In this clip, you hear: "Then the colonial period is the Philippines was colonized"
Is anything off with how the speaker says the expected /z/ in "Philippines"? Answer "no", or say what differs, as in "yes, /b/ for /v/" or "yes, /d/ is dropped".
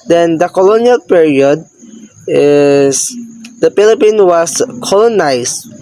yes, /z/ is dropped